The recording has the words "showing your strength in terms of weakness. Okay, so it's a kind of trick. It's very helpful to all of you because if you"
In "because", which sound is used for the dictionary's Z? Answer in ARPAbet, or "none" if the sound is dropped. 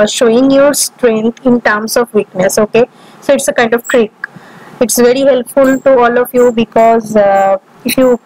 Z